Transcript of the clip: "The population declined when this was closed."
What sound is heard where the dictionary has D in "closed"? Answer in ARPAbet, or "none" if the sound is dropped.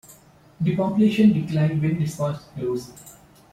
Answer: none